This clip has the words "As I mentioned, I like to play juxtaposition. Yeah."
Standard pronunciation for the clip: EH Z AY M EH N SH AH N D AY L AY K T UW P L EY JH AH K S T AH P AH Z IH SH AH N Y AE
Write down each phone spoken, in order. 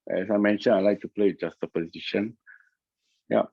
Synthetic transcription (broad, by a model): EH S AY M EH N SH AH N AY L AY K T UW P L EY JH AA S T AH P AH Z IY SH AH N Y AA